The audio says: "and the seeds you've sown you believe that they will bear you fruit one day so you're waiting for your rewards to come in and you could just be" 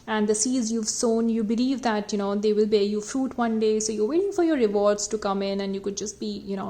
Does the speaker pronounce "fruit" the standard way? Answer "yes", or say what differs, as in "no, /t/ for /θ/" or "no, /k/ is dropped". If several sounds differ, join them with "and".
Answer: yes